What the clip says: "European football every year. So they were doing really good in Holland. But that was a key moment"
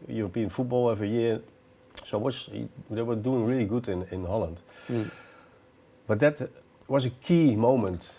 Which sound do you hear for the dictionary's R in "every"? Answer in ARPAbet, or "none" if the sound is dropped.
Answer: none